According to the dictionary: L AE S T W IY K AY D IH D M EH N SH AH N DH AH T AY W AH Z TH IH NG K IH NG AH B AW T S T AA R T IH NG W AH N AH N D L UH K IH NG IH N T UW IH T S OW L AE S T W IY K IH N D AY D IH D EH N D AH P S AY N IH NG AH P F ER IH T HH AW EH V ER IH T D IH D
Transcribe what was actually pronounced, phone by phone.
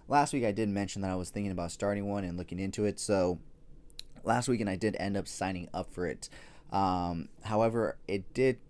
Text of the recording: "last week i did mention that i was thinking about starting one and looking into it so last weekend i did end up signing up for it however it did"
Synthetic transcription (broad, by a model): L AE S T W IY K AY D IH D M EH N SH N DH AH T AY W AH Z TH IH NG K IH NG AH B AW T S T AA R T IH NG W AH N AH N L UH K IH NG IH N T UW IH T S OW L AE S T W IY K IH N AY D IH D EH N D AH P S AY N IH NG AH P F ER IH T HH AW EH V ER IH T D IH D